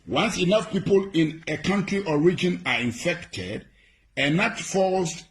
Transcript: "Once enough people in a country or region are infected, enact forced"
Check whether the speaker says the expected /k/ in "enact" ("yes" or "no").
no